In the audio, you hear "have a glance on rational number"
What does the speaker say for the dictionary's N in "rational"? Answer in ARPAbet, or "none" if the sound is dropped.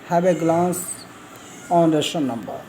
none